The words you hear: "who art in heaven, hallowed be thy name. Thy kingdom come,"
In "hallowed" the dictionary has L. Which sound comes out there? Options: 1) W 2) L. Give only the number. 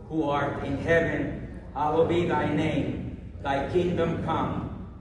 1